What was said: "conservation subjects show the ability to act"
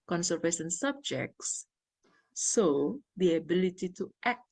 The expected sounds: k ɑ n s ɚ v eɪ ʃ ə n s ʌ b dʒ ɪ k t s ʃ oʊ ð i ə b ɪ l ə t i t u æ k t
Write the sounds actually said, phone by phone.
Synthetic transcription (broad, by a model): k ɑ n s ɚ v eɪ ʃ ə n s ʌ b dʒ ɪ k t s s oʊ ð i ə b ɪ l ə t i t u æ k